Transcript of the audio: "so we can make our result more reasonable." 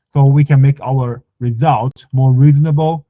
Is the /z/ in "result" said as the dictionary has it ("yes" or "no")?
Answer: yes